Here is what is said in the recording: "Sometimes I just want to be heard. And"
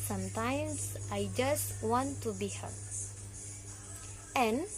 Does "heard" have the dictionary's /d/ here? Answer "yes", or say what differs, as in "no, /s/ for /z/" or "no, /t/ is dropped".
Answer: no, /d/ is dropped